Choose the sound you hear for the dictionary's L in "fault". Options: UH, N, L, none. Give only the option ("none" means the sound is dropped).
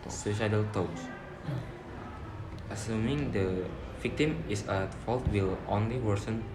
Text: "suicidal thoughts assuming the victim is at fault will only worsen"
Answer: L